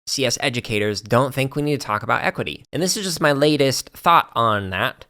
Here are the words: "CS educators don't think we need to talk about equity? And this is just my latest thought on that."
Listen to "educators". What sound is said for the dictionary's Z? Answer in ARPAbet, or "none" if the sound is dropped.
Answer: Z